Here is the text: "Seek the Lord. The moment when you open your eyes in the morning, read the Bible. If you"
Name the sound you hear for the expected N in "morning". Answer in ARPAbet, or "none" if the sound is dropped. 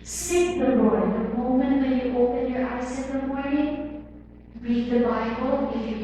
none